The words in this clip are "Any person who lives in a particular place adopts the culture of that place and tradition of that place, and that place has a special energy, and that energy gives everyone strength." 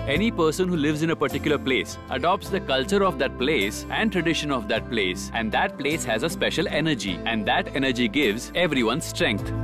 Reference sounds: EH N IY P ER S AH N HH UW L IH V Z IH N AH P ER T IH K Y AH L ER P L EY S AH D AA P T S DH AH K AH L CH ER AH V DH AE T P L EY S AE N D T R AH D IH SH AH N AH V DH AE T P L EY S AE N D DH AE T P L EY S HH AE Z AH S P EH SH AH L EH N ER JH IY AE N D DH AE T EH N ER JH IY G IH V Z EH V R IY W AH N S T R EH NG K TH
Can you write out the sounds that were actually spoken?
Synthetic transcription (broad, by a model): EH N IY P ER S AH N HH UW L IH V Z IH N AH P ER T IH K Y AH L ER P L EY S AH D AA P T S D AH K AH L CH ER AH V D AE T P L EY S AE N D T R AH D IH SH AH N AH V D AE T P L EY S AE N D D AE T P L EY S HH AE Z AH S P EH SH AH L EH N ER JH IY AE N D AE T EH N ER JH IY G IH V Z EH V R IY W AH N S T R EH NG K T